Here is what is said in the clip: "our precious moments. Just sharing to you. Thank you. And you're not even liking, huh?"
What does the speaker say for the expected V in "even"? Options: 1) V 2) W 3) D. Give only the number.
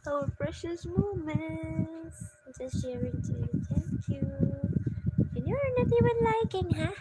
2